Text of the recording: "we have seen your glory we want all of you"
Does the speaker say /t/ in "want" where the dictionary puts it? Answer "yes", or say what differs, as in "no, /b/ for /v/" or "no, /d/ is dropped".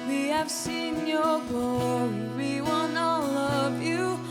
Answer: no, /t/ is dropped